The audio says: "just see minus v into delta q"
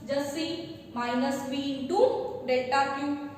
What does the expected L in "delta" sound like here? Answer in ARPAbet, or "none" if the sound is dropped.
none